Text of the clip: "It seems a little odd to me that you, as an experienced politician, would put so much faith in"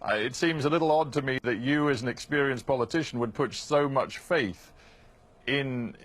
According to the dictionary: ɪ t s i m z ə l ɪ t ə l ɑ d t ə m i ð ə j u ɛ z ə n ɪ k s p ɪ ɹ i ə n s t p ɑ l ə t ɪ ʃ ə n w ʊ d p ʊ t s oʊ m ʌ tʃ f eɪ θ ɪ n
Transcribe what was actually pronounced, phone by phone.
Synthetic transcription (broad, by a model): ɪ t s i m z ə l ɪ t l ɑ d t ə m i ð ə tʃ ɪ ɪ z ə n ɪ k s p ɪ ɹ i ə n s p ɑ l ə t ɪ ʃ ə n w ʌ d p ʊ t s oʊ m ʌ tʃ f eɪ θ ɪ n